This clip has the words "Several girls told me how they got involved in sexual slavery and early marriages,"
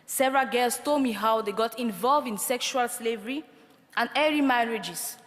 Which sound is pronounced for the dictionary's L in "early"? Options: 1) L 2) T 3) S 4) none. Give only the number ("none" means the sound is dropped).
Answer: 4